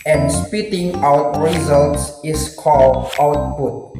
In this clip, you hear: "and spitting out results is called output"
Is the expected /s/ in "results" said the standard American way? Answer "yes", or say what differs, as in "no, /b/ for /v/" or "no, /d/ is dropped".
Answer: yes